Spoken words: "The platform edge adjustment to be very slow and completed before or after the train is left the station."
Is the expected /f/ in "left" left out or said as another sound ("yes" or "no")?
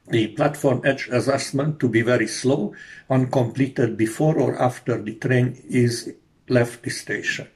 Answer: no